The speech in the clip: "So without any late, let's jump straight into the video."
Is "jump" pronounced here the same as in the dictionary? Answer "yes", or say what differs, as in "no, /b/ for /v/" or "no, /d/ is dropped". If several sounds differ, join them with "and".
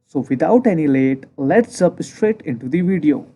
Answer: no, /m/ is dropped